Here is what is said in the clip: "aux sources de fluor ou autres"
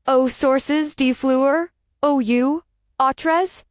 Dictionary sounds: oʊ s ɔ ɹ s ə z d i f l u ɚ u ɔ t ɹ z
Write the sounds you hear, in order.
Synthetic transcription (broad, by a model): oʊ s ɔ ɹ s ə z d i f l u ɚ u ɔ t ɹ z